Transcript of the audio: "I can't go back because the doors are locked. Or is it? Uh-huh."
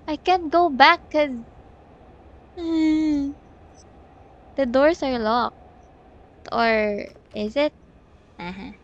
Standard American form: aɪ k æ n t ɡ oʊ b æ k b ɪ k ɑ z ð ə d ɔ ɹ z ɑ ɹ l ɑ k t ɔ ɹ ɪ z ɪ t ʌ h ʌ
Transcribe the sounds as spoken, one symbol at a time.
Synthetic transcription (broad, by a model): aɪ k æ n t ɡ oʊ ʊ b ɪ k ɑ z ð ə d ɔ ɹ s ɑ ɹ l ɑ k t ɔ ɹ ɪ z ɪ t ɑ h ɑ